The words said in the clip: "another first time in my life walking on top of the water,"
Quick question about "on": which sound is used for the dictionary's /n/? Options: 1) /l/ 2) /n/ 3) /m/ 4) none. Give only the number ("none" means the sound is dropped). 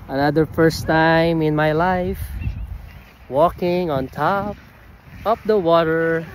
2